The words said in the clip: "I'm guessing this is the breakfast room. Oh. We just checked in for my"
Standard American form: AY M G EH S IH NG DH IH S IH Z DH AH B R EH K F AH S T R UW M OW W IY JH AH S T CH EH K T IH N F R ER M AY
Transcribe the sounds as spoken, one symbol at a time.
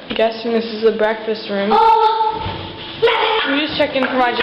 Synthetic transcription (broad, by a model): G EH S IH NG DH IH S IH Z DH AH B R EH K F AH S T R UW M W IY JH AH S CH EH K IH N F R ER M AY